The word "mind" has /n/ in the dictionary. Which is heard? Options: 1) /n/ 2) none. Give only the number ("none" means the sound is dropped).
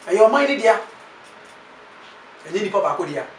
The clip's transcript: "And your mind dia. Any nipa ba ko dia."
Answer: 2